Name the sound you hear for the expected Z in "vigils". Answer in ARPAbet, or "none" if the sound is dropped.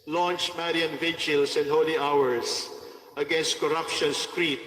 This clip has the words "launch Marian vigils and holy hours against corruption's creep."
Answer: S